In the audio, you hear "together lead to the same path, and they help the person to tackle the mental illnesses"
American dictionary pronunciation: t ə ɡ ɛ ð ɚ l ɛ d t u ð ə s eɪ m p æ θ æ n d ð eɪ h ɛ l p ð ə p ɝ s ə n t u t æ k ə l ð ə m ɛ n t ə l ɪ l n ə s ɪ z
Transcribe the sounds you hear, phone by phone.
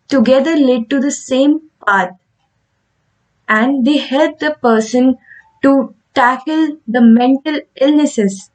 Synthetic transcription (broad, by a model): t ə ɡ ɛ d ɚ l ɛ d t u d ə s eɪ m p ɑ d æ n d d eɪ h ɛ l p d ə p ɝ s ə n t u t æ k ə l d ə m ɛ n t ə l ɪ l n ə s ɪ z